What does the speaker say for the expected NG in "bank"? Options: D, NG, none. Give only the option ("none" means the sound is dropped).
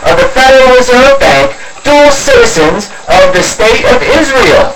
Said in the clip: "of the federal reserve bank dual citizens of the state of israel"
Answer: NG